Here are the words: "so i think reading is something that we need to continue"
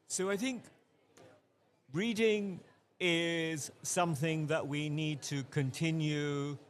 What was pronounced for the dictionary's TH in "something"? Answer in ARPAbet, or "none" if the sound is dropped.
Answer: TH